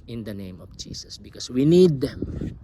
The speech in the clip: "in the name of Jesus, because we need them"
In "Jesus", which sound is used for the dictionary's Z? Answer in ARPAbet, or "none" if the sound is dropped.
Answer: S